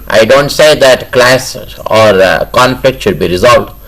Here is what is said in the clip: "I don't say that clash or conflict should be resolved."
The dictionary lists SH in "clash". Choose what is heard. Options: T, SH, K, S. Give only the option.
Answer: S